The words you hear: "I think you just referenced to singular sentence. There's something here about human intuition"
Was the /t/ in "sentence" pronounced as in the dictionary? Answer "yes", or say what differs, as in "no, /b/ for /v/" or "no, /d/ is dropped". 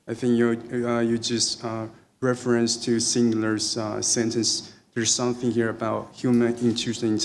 yes